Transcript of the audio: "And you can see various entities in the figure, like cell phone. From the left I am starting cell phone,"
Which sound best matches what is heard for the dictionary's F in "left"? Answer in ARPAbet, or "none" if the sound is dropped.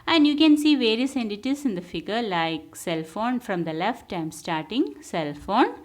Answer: F